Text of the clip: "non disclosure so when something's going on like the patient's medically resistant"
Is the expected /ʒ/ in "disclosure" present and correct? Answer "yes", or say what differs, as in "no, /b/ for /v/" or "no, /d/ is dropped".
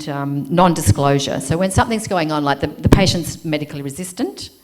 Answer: yes